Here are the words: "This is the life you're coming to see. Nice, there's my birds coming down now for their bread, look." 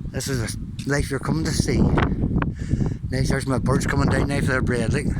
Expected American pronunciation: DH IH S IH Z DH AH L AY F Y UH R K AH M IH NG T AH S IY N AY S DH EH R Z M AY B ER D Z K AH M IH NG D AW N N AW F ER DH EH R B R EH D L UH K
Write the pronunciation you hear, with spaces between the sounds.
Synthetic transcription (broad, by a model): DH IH S IH Z DH AH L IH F Y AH R K AH M IH NG T AH S IY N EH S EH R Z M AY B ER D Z K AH M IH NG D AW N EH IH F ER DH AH R B R EH D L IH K